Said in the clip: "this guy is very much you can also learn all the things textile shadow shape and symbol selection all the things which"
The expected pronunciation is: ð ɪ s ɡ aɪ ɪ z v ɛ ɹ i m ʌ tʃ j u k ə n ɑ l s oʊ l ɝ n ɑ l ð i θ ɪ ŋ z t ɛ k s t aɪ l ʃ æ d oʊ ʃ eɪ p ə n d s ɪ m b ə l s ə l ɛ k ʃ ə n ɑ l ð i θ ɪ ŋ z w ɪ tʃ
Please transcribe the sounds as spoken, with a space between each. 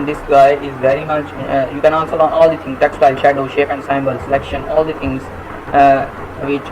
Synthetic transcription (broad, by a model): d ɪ s ɡ aɪ ɪ z v ɛ ɹ i m ʌ tʃ j u k ə n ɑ n s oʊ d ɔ n ɑ l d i t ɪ ŋ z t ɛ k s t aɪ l ʃ æ d oʊ ʃ eɪ p ə n d s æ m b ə l s ə l ɛ k ʃ ə n ɑ l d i t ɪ ŋ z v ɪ tʃ